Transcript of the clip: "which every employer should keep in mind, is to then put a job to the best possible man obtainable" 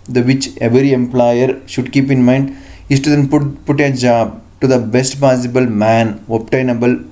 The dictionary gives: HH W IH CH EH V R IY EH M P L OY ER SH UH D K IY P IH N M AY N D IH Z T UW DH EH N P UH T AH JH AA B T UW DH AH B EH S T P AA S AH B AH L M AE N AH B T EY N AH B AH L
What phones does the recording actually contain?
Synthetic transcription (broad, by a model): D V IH CH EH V R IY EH M P L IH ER SH UH D K IY P IH N M AY N D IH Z T UW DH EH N P UH T AH JH AA B T UW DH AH B EH S T P AA S AH B AH L M AE N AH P T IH N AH B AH L